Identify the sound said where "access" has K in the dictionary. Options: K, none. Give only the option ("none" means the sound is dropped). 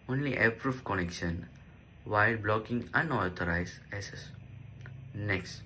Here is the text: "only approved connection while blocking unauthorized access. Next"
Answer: none